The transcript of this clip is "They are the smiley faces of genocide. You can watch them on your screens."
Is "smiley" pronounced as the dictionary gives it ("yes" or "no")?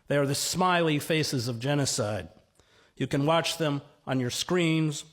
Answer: yes